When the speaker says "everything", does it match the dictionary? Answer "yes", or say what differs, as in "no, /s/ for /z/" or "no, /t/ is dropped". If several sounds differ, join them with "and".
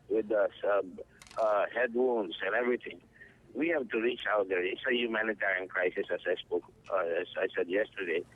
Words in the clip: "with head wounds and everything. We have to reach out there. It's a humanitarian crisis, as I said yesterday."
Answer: no, /t/ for /θ/